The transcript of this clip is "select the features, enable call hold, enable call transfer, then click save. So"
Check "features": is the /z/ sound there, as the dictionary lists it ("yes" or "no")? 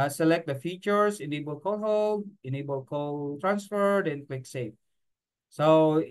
no